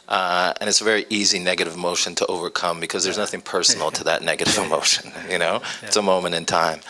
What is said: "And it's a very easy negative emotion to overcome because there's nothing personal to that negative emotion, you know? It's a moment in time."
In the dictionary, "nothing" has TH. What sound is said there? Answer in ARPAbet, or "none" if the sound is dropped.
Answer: TH